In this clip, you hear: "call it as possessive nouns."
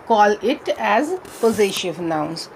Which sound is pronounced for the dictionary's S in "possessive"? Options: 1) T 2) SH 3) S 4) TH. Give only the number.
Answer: 2